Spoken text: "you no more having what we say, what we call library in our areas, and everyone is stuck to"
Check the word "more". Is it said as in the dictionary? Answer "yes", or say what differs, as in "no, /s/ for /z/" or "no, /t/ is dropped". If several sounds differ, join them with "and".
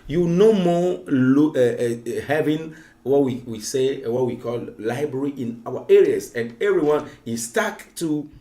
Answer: no, /l/ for /ɹ/